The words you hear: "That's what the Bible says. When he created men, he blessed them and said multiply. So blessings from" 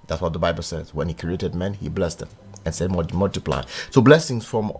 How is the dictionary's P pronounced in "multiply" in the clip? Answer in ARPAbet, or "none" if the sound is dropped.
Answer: P